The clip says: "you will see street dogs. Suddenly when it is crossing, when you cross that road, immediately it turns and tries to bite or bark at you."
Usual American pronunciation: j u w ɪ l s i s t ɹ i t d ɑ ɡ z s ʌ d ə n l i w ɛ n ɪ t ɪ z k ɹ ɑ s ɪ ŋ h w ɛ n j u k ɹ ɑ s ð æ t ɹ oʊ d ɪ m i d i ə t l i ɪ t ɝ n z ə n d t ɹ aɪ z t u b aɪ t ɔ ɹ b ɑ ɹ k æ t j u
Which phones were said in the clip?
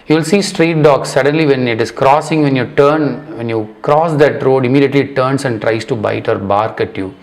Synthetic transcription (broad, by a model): j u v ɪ l s i s t ɹ i t d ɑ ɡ s ʌ d ə n l i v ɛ n ɪ t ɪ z k ɹ ɑ s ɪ ŋ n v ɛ n j u k ɹ ɑ s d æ t ɹ oʊ d ɪ m i d i ə t l i t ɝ n s ə n d t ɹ aɪ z t u b aɪ t ɔ ɹ b ɑ ɹ k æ t j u